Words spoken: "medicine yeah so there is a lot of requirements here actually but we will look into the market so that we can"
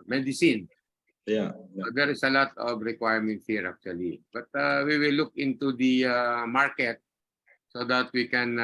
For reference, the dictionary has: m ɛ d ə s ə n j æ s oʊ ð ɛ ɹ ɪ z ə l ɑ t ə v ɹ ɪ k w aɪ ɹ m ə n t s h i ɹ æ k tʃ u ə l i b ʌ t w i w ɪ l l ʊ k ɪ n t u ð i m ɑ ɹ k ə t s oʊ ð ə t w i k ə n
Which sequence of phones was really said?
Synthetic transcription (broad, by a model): m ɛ d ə s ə n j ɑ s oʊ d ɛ ɹ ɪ s ə l ɑ t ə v ɹ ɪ k w aɪ ɹ m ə n t h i ɹ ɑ k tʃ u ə l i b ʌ t w i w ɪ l l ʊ k ɪ n t u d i m ɑ ɹ k ə t s oʊ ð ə t w i k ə n